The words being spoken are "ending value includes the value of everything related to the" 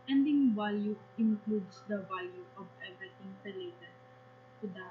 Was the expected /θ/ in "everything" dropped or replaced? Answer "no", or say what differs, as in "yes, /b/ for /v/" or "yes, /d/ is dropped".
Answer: yes, /t/ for /θ/